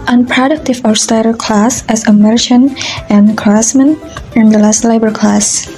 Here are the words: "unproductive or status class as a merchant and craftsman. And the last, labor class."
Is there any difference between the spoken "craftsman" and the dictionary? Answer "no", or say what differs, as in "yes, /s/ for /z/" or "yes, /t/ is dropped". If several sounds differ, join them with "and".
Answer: yes, /f/ is dropped